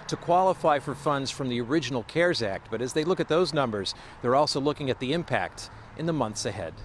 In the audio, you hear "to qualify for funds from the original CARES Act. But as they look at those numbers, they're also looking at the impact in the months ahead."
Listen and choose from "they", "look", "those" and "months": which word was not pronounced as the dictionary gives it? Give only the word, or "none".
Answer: none